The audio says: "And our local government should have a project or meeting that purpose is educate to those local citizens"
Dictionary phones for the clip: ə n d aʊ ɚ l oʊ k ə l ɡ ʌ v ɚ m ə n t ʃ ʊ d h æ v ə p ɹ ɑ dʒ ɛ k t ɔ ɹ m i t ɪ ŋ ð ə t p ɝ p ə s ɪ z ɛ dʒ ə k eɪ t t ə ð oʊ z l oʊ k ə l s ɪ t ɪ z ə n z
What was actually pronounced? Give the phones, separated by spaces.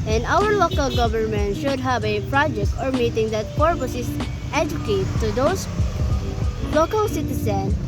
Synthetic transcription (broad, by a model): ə n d aʊ ɚ l oʊ k ə l ɡ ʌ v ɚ m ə n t ʃ ʊ d h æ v ə p ɹ ɑ dʒ ɛ k t ɔ ɹ m i t ɪ ŋ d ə t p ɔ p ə s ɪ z ɛ dʒ ə k eɪ t t ə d oʊ s l oʊ k ə l s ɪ t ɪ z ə n